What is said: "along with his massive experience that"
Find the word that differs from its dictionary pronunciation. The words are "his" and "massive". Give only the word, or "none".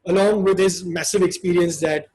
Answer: none